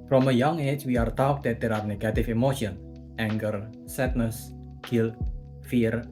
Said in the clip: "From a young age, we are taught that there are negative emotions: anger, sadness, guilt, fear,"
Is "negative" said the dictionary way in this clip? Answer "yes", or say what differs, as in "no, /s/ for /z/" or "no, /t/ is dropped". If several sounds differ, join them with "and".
no, /f/ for /v/